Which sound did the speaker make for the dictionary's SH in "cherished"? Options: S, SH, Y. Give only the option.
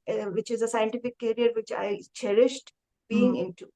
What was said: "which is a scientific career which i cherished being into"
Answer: SH